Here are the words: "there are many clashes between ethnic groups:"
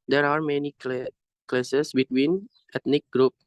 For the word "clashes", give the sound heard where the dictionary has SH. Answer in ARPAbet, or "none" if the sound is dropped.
S